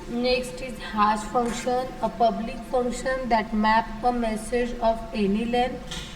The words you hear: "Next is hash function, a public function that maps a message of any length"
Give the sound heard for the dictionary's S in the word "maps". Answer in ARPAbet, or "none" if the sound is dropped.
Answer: none